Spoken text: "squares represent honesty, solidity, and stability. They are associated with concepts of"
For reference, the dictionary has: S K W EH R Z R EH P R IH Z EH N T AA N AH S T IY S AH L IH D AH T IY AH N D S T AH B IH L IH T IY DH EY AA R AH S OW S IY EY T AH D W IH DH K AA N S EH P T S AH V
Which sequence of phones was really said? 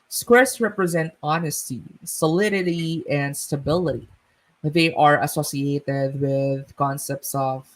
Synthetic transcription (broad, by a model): S K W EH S R EH P R IH Z EH N T AA N AH S T IY S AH L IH D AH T IY AH N D S T AH B IH L IH T IY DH EY AA R AH S OW S IY EY T AH D W IH DH K AA N S EH P T S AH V